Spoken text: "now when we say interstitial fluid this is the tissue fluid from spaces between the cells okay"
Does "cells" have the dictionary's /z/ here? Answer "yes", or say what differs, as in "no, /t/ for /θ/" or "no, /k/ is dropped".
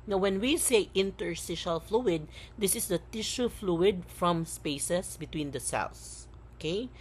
no, /s/ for /z/